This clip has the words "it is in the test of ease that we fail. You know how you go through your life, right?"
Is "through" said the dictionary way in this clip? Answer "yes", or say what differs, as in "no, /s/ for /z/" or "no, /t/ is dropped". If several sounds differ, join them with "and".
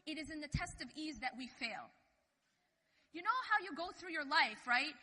yes